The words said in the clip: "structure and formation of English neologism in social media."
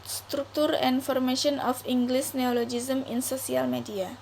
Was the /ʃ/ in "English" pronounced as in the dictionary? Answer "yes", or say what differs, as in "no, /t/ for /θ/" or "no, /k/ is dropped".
no, /s/ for /ʃ/